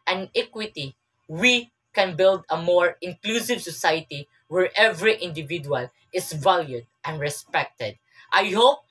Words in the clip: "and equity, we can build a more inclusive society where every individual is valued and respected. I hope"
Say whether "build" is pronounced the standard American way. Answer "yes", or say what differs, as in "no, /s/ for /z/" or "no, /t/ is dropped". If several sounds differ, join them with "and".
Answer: yes